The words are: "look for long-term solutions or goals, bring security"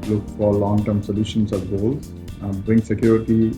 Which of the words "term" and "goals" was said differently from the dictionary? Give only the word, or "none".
goals